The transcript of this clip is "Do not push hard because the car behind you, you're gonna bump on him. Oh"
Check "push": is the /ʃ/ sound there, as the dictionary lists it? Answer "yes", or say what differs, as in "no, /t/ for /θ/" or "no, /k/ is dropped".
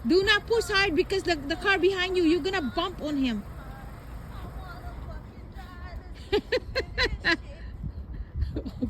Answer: no, /s/ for /ʃ/